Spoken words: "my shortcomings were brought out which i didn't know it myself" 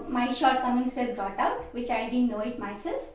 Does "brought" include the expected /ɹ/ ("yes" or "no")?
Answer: yes